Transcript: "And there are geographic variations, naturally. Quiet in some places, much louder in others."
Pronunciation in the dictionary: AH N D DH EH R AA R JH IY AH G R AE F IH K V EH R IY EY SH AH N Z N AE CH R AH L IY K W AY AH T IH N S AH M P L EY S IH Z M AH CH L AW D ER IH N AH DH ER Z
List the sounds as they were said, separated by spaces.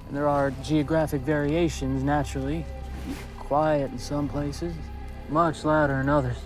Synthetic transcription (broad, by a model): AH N DH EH R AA R JH IY AH G R AE F IH K V EH R IY EY SH AH N Z N AE CH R L IY K W AY AH T N S AH M P L EY S IH Z M AH CH L AW D ER IH N AH DH ER